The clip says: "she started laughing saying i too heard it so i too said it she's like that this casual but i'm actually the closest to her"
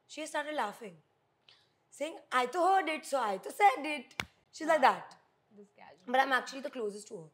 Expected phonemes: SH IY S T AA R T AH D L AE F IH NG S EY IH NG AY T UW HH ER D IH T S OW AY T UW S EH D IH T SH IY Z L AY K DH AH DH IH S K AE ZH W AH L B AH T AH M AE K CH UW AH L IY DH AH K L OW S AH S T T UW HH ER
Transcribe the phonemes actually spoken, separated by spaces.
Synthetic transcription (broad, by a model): SH IY S T AA R T AH D L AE F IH NG S EY IH NG AY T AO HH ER D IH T S OW AY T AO S EH D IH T SH IY Z L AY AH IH K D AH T B AH T AH M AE K CH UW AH L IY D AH K L OW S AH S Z T UW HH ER